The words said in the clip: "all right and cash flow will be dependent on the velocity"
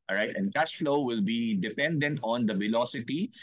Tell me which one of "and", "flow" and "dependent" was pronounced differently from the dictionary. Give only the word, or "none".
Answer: none